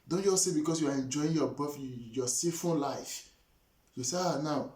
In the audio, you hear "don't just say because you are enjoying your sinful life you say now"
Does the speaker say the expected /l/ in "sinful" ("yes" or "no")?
no